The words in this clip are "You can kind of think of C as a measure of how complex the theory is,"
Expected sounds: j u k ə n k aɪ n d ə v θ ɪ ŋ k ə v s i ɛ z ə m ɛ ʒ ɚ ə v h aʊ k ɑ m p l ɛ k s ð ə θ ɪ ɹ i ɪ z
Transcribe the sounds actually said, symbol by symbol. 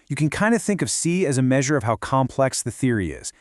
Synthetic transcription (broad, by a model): j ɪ k ə n k aɪ n d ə θ ɪ ŋ k ə v s i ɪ z ə m ɛ ʒ ɚ ə v h aʊ k ɑ m p l ɛ k s ð ə θ ɪ ɹ i ɪ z